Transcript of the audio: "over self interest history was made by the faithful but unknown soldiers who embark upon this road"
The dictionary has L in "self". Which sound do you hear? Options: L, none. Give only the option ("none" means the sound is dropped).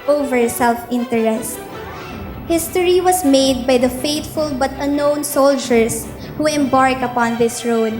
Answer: L